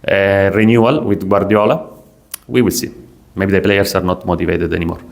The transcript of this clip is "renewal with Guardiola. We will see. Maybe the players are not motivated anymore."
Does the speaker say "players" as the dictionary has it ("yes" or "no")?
no